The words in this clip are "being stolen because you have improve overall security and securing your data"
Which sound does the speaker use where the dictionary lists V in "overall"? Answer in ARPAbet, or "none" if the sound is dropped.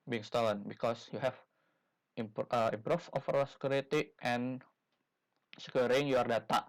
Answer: F